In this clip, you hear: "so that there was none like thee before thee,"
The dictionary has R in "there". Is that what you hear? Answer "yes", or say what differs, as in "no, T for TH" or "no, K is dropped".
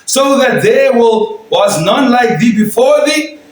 no, L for R